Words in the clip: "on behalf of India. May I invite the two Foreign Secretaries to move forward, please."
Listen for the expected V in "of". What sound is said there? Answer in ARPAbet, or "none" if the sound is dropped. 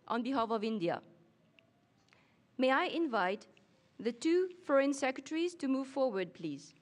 V